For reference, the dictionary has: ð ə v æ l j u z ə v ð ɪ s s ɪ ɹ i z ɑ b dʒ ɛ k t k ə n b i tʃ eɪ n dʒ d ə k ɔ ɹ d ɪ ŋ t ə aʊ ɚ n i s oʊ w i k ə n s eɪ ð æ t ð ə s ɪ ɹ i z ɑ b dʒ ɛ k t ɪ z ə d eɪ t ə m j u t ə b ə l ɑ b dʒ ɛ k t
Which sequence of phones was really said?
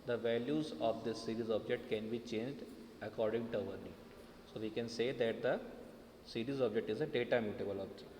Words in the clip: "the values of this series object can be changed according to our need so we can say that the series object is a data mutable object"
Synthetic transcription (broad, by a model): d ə v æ l j u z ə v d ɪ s s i ɹ i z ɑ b dʒ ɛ k t k ə n b i tʃ eɪ n dʒ d ə k ɔ ɹ d ɪ ŋ t ə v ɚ l i s oʊ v i k ə n s eɪ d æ t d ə s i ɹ i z ɑ b dʒ ɛ k t ɪ z ə d eɪ t ə m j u t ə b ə l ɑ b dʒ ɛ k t